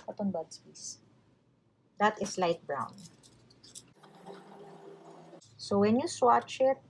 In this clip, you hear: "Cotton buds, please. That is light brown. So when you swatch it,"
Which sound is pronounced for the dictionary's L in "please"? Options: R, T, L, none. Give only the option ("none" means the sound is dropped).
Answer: none